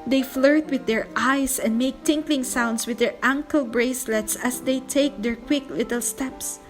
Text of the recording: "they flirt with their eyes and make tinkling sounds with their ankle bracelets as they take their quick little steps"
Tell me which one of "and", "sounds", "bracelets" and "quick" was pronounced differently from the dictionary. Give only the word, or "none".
sounds